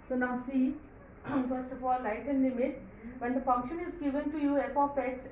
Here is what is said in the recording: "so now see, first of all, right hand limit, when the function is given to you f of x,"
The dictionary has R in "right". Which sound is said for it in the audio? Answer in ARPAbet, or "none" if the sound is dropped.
L